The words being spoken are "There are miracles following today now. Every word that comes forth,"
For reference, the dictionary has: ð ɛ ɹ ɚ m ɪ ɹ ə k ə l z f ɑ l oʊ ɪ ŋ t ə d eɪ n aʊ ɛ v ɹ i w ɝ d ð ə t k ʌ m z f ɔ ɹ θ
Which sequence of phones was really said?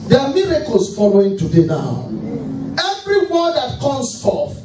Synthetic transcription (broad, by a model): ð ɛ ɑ m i ɹ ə k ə l s f ɑ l oʊ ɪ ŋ t ə d eɪ n aʊ ɛ v ɹ i w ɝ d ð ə t k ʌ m s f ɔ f